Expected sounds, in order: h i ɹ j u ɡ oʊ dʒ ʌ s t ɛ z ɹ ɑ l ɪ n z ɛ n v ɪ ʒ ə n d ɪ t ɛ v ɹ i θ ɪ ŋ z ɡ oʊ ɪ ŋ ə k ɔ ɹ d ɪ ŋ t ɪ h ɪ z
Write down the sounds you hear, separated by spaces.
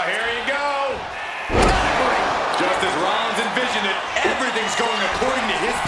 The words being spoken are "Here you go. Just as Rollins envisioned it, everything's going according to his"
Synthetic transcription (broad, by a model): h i ɹ j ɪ ɡ oʊ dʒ ʌ s t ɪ z ɹ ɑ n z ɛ n v ɪ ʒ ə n ɪ t ɛ v ɹ i θ ɪ ŋ z ɡ oʊ ɪ ŋ ə k ɔ ɹ d ɪ ŋ t ɪ ɪ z